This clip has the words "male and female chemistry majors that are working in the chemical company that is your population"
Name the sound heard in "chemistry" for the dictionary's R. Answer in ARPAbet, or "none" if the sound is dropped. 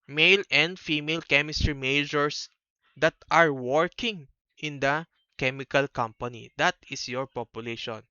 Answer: R